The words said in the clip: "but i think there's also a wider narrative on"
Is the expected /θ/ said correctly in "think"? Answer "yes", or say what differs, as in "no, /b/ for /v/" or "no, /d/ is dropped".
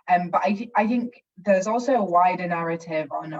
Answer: yes